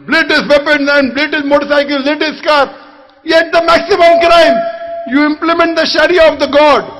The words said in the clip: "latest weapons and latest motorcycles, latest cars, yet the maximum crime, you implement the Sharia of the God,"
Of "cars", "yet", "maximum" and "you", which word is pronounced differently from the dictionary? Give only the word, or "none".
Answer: cars